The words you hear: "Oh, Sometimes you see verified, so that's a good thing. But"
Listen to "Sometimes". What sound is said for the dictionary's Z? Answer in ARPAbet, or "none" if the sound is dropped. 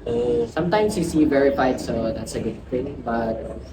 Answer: S